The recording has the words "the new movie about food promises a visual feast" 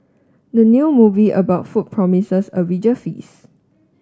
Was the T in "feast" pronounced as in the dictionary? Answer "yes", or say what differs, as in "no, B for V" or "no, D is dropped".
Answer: no, T is dropped